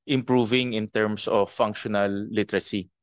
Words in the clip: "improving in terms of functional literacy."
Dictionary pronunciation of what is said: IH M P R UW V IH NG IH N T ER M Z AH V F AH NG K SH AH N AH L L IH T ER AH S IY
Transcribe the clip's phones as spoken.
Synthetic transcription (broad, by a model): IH M P R UW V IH NG IH N T ER M S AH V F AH NG K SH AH N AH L L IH T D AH S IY